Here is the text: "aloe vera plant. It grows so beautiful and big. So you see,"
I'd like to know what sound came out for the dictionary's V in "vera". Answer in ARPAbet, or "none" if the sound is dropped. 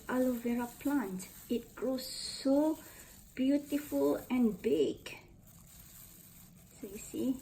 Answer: V